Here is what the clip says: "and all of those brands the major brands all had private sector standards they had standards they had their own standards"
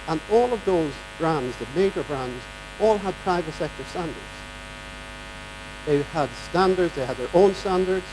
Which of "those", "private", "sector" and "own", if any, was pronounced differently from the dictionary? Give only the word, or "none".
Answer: none